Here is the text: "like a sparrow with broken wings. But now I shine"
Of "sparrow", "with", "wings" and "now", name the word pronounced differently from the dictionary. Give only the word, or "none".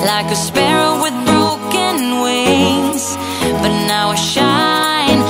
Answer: wings